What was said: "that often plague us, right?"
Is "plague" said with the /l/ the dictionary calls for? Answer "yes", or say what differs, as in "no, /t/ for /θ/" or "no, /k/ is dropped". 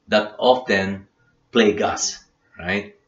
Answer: yes